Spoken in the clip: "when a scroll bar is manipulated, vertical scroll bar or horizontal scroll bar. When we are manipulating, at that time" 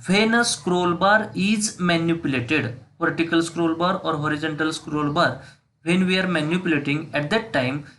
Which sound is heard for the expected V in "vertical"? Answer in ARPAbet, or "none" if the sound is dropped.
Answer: P